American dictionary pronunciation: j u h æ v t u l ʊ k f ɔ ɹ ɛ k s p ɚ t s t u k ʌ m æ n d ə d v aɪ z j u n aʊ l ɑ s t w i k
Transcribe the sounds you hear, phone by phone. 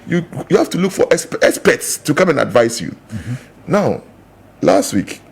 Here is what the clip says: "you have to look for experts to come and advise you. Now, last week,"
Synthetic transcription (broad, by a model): j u h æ f t u l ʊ k f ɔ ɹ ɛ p s p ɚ t s t u k ʌ m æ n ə d v aɪ s j u n aʊ l ɑ s t w i k